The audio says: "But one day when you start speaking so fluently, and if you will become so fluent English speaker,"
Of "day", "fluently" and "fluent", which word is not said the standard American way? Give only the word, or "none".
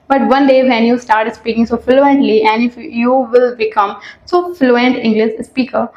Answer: none